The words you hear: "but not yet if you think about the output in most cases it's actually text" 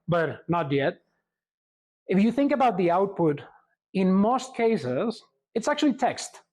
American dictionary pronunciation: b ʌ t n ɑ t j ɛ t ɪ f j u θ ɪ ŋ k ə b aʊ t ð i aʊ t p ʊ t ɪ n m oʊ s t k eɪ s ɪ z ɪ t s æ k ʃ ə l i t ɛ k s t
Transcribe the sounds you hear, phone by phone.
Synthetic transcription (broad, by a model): b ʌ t n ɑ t j ɛ t ɪ f j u θ ɪ ŋ k ə b aʊ t ð i aʊ t p ʊ t ɪ n m oʊ s t k eɪ s ɪ z ɪ t s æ k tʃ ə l i t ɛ k s t